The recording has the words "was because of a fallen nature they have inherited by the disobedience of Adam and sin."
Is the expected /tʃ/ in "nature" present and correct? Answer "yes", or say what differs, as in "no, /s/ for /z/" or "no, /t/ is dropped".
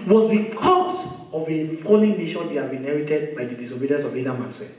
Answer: no, /ʃ/ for /tʃ/